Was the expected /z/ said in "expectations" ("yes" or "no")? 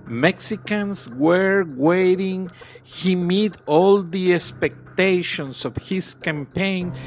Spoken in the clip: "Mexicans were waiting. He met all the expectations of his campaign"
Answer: no